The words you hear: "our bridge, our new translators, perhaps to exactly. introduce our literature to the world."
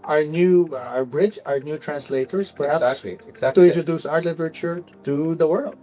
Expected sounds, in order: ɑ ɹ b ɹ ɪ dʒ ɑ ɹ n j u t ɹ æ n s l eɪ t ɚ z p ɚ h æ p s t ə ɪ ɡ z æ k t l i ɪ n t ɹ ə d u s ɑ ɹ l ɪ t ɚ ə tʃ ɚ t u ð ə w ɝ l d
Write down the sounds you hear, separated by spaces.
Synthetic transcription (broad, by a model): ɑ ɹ b ɹ ɪ dʒ ɑ ɹ n j u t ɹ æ n s l eɪ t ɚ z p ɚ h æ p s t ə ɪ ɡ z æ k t i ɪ t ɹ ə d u s ɑ ɹ l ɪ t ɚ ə tʃ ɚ t u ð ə w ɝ l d